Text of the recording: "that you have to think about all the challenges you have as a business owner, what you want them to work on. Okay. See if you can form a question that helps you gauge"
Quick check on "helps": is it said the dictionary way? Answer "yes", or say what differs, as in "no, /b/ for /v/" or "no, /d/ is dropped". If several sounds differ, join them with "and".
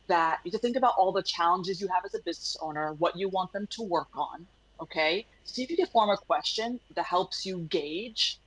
yes